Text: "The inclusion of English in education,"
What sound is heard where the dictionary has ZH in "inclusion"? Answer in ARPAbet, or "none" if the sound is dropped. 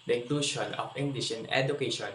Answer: SH